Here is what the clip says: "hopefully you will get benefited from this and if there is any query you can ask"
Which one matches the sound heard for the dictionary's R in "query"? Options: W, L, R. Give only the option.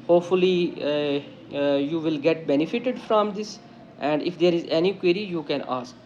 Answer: R